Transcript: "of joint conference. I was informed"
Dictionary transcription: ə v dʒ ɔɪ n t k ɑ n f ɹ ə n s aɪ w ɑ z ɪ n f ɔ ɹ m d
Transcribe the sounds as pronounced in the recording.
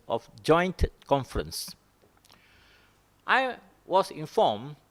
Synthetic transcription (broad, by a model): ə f dʒ ɔɪ n t k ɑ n f ɹ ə n s aɪ w ɑ s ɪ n f ɔ m